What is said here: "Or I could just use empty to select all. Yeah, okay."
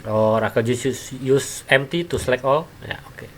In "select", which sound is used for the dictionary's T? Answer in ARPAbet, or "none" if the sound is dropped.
none